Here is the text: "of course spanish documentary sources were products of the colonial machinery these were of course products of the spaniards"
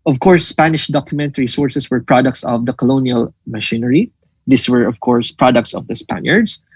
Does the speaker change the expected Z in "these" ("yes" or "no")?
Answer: yes